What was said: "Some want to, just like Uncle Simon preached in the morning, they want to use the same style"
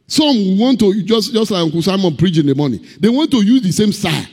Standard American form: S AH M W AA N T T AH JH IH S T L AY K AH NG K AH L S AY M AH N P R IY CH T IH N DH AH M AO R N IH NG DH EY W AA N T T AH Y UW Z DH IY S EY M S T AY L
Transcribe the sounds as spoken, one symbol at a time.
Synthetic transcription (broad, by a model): S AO M W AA N T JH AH JH IH S T L AY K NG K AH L S AY M AH N P R IY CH IH N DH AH M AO N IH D EY W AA N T T AH Y UW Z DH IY S EY M S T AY